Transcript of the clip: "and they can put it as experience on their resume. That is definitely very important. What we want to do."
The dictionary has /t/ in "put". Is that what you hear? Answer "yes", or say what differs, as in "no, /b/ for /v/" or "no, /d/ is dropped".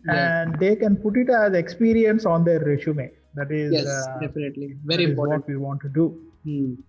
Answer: yes